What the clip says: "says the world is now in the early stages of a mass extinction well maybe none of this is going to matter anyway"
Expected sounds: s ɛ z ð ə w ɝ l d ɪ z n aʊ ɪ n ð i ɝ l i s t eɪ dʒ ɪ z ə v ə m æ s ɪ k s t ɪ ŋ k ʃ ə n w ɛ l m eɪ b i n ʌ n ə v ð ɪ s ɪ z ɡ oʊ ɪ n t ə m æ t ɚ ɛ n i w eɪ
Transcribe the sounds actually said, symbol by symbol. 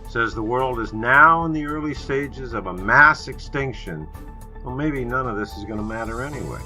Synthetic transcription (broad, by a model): s ɛ z ð ə w ɝ l d ɪ z n aʊ ɪ n ð i ɝ l i s t eɪ dʒ ɪ z ə v ə m æ s ɪ k s t ɪ ŋ k ʃ ə n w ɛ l m eɪ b i n ʌ n ə v ð ɪ s ɪ z ɡ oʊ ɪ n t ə m æ t ɚ ɛ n i w eɪ